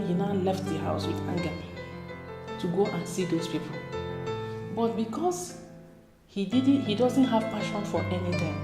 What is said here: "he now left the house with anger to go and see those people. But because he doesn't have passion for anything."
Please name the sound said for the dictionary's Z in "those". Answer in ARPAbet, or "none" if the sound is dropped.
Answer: S